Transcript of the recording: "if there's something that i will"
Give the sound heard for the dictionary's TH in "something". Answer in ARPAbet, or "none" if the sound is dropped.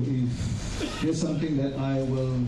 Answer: T